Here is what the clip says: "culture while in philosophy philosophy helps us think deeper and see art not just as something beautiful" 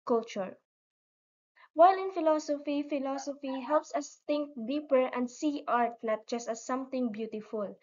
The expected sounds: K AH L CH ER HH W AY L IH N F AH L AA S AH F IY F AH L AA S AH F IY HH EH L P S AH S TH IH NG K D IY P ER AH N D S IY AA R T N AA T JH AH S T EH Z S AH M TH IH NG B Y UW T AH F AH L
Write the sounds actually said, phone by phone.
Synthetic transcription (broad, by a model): K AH L CH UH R W AY L IH N F AH L AA S AH F IY F AH L AA S AH F IY HH EH L P S AH S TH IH NG K D IY P ER AH N D S IY AA R T L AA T JH AH S T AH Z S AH M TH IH NG B Y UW T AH F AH L